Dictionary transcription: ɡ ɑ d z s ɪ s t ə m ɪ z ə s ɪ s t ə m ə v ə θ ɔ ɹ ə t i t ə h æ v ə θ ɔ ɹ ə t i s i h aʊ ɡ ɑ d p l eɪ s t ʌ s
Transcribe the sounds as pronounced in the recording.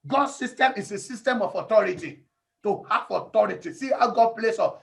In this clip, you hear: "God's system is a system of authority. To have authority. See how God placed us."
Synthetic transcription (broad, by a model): ɡ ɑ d s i s t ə m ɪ s ə s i s t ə m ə f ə t ɔ ɹ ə t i t ə h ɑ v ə t ɔ ɹ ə t i s i h aʊ ɡ ɑ d p l eɪ s ɔ